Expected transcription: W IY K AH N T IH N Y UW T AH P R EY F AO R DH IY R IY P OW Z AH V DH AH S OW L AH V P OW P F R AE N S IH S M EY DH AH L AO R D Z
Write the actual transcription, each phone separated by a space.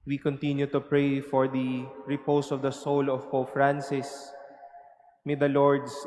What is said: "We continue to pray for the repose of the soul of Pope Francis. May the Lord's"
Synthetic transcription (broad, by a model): W IY K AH N T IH N Y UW T AH P R EY F AO R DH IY R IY P OW S AH V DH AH S OW L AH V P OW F R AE N S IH S M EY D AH L AO R D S